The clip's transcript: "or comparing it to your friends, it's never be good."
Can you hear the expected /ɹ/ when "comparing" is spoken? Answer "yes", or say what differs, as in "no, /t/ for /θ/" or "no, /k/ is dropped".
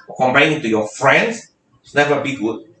no, /ɹ/ is dropped